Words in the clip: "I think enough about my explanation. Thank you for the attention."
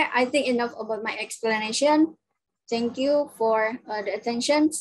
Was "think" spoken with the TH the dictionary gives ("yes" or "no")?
no